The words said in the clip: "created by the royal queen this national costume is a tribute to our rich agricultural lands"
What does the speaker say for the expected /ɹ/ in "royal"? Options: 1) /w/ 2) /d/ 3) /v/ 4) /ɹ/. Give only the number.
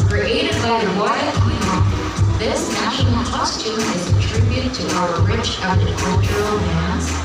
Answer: 1